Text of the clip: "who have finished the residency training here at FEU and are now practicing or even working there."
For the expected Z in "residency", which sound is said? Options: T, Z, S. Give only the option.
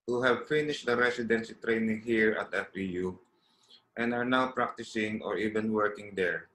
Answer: S